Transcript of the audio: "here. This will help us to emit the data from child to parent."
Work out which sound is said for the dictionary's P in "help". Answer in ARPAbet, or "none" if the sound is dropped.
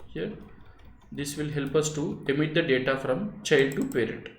P